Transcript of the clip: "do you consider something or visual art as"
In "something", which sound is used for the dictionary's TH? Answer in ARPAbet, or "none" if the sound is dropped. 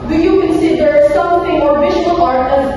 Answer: T